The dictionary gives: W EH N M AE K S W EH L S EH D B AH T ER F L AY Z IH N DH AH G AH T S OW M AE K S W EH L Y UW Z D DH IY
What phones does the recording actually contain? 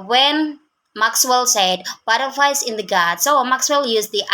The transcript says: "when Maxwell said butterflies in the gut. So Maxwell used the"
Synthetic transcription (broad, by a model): W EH N M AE K S W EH L S EH D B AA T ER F AY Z IH N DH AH G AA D S OW M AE K S W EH L Y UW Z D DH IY